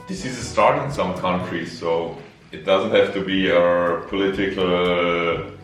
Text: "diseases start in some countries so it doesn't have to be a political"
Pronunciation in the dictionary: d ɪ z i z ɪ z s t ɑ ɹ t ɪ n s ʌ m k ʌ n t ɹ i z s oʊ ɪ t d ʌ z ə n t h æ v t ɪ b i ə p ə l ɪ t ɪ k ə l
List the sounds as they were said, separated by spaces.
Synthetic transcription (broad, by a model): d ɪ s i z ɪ s t ɑ ɹ t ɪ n s ʌ m k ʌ n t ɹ i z s oʊ ɪ t d ʌ z ə n t h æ f t ɪ b i ə p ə l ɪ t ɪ k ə l